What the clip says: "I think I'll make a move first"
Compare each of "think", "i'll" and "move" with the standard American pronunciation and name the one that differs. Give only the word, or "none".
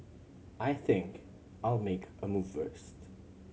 none